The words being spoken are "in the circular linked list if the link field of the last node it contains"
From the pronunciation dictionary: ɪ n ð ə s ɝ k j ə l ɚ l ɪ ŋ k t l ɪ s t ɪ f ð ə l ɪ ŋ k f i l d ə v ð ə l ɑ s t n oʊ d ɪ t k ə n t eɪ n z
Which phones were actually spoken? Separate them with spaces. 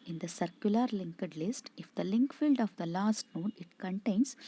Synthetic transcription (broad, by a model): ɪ n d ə s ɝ k j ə l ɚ l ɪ ŋ k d l ɪ s t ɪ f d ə l ɪ ŋ k f i l d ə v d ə l ɑ s t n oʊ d ɪ t k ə n t eɪ n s